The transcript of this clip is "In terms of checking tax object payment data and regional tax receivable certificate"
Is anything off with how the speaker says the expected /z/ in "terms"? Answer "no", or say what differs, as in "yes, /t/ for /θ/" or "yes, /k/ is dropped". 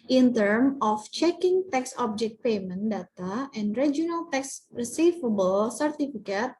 yes, /z/ is dropped